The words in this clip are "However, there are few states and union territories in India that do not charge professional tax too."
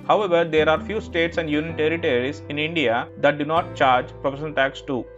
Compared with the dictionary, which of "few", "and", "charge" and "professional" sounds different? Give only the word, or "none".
professional